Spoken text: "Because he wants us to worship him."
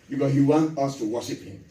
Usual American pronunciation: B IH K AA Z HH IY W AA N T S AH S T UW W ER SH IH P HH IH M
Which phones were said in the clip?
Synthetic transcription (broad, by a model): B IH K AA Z HH IY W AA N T AH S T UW W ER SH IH P HH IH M